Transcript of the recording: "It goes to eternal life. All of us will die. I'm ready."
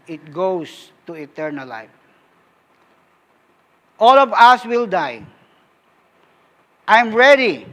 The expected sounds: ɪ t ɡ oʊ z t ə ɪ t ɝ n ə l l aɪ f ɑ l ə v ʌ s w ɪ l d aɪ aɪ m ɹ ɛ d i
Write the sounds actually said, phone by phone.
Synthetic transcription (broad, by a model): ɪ t ɡ oʊ s t ə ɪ t ɝ n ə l l aɪ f ɑ l ə v ʌ s w ɪ l d aɪ aɪ m ɹ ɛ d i